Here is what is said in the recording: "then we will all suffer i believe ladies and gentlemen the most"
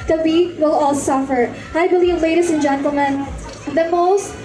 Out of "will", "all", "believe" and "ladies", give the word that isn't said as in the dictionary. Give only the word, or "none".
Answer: ladies